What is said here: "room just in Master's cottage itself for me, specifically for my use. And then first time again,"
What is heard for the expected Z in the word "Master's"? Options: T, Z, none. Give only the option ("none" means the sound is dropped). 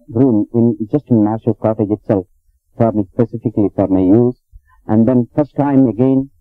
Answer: none